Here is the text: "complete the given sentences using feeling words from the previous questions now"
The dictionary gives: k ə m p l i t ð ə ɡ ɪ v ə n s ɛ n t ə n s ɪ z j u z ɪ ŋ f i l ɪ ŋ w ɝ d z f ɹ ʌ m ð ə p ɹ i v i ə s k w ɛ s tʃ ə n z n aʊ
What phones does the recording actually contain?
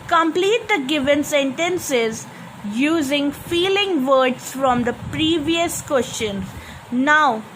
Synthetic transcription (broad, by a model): k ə m p l i t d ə ɡ ɪ v ə n s ɛ n t ə n s ɪ z j u z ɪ ŋ f i l ɪ ŋ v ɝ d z f ɹ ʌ m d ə p ɹ i v i ə s k w ɛ s tʃ ə n z n aʊ